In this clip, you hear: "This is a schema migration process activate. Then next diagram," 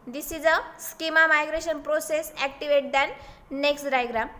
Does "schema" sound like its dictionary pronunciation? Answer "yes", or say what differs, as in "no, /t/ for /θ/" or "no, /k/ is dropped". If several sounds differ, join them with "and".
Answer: yes